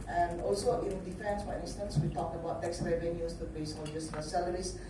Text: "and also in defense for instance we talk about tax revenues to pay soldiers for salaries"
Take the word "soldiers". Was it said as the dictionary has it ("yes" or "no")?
no